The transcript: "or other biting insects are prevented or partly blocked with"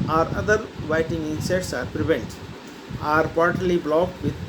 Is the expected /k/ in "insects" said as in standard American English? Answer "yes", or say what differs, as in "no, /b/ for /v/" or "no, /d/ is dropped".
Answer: no, /k/ is dropped